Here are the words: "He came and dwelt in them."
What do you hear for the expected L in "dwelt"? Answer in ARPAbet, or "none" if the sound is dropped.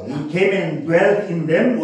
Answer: L